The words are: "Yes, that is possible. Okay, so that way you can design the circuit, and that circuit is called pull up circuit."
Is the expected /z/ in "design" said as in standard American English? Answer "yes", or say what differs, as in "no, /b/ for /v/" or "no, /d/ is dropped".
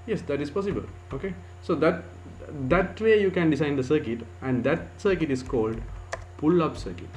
no, /s/ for /z/